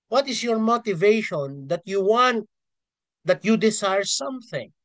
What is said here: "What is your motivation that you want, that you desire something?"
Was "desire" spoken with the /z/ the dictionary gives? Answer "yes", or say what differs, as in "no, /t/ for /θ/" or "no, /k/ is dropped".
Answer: no, /s/ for /z/